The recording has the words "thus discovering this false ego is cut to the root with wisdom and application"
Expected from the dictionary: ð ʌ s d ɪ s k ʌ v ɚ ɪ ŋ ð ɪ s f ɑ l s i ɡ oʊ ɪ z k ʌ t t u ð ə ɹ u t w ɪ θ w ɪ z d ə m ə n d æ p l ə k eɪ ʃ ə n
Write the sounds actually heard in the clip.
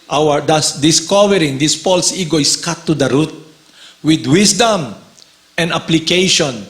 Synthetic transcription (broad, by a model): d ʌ s d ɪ s k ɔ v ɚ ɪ ŋ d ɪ s p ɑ l s i ɡ oʊ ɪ s k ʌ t t u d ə ɹ u t w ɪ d w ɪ s d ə m ə n d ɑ p l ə k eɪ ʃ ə n